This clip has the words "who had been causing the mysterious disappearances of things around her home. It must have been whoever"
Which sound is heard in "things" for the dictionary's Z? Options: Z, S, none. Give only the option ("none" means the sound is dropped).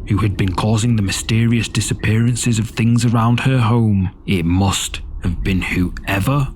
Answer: Z